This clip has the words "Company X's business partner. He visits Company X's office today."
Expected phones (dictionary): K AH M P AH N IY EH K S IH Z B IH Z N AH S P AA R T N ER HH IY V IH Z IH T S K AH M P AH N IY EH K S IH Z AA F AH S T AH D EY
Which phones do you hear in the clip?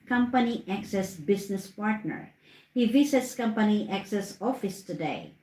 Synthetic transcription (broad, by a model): K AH M P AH N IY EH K S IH S B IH S N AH S P AA R T N ER HH IY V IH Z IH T S K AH M P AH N IY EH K S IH S AA F AH S T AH D EY